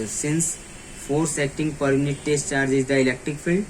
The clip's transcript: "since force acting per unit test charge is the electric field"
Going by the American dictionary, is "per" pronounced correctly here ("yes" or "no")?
yes